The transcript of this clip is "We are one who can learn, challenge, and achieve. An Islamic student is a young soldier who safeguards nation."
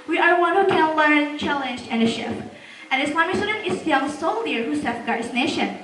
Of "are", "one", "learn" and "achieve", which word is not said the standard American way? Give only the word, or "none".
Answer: achieve